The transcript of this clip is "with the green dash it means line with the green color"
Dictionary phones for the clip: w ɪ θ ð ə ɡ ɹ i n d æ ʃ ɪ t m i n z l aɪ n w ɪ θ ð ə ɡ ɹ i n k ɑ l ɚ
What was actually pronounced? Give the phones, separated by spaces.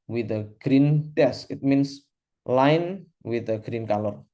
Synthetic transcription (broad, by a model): w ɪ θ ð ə ɡ ɹ i n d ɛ s ɪ t m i n s l aɪ n w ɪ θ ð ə ɡ ɹ i n k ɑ l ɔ